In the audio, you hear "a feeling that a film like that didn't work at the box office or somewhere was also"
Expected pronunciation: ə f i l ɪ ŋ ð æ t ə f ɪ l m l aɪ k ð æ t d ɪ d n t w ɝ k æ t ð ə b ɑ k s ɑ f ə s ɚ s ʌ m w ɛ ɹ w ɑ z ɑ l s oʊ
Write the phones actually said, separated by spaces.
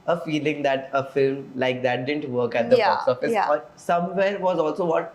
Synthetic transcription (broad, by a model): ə f i l ɪ ŋ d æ t ə f ɪ l m l aɪ k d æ t d ɪ d n t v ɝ k æ t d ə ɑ s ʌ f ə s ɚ s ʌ m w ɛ ɹ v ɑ z ɑ l s oʊ